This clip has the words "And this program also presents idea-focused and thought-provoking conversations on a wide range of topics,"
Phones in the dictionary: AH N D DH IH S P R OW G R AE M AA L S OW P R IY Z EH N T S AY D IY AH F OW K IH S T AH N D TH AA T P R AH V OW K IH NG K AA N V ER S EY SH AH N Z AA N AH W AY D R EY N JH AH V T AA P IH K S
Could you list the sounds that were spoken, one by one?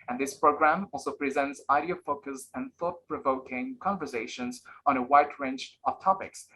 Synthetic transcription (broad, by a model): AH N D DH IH S P R OW G R AE M AA L S OW P R IY Z EH N T S AY D IY AH F OW K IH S AH N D TH AA T P R AH V OW K IH NG K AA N V ER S EY SH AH N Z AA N AH W AY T R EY N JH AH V T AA P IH K S